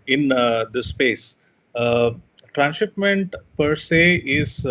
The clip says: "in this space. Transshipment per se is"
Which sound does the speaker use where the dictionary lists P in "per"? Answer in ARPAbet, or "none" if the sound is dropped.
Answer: P